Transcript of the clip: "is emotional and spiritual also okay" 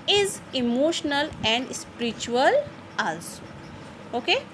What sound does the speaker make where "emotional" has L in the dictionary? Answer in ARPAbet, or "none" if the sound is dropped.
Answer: L